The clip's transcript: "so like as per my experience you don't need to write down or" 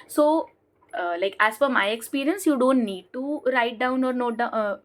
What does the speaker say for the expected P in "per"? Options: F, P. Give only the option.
F